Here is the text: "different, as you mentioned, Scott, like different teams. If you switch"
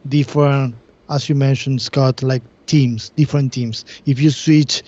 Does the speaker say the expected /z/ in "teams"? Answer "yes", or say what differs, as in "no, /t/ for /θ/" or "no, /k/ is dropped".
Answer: no, /s/ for /z/